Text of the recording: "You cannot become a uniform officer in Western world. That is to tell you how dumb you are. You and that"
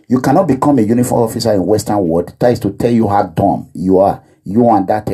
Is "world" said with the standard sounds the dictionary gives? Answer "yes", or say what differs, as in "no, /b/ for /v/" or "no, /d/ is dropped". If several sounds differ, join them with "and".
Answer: no, /l/ is dropped